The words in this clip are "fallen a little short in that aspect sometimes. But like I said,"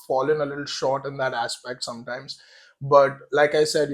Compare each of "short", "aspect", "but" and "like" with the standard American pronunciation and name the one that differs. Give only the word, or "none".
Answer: none